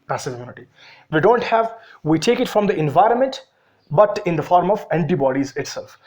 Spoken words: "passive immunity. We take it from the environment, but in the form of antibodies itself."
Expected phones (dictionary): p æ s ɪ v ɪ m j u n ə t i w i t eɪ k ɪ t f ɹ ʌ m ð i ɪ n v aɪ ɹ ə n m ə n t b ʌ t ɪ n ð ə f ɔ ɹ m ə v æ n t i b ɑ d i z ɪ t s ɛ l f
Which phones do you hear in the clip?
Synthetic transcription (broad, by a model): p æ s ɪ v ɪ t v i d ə t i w i t eɪ k ɪ t f ɹ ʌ m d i ɪ n v aɪ ɹ ə n m ə n t b ʌ t ɪ n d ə f ɔ ɹ m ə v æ n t i b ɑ d i z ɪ t s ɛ l f